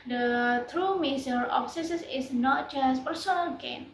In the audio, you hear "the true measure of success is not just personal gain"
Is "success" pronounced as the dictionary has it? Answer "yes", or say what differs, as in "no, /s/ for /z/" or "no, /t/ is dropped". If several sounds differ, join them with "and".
no, /k/ is dropped